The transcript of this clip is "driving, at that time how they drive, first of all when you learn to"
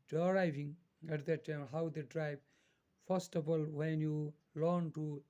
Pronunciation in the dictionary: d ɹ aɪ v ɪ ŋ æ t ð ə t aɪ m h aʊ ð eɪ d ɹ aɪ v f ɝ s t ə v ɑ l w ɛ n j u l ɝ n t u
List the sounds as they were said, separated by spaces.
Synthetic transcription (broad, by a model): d ɹ aɪ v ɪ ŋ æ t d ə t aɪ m h aʊ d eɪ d ɹ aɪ b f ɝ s t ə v ɑ l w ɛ n j u l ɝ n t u